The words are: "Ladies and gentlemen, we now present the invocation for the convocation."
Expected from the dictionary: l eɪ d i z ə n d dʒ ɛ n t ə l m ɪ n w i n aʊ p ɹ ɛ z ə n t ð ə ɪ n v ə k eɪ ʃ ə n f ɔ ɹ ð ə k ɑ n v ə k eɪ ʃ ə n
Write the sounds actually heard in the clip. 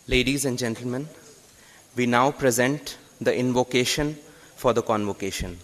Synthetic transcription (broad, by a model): l eɪ d i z ə n d dʒ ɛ n t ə l m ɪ n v i n aʊ p ɹ ɛ z ə n t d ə ɪ n v ə k eɪ ʃ ə n f ɔ ɹ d ə k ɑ n v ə k eɪ ʃ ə n